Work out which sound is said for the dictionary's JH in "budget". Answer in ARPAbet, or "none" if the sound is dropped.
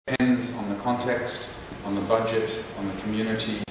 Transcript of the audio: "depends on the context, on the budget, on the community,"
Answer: JH